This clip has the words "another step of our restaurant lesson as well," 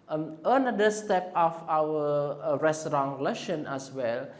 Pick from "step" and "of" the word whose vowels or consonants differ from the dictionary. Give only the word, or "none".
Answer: of